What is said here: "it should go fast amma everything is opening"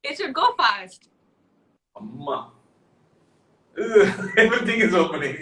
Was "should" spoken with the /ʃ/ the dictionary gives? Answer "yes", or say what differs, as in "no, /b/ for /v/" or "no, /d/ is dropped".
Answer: no, /s/ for /ʃ/